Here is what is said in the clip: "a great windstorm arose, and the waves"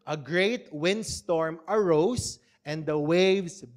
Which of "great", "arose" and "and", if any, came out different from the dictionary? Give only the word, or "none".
arose